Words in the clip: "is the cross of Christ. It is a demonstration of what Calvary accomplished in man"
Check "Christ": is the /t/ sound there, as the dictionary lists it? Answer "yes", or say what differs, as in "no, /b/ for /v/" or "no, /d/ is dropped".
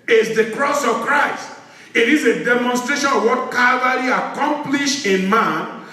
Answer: yes